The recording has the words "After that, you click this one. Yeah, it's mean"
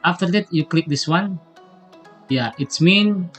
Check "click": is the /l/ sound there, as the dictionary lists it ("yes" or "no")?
yes